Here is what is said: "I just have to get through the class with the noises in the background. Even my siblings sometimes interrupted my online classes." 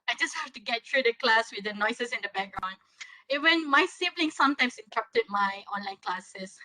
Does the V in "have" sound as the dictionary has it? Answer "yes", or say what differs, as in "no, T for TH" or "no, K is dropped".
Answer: no, F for V